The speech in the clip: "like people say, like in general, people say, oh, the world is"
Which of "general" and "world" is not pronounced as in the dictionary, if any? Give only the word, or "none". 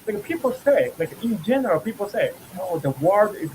world